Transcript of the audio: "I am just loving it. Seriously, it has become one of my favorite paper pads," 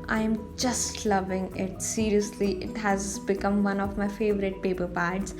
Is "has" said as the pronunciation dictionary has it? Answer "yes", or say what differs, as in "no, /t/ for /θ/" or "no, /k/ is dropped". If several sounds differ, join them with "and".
yes